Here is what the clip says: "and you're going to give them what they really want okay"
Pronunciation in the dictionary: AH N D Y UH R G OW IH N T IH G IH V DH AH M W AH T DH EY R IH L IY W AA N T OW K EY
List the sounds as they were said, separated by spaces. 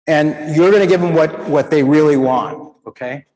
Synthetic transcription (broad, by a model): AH N Y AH R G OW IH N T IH G IH V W AH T W AH T DH EY R IH L IY W AA N T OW K EY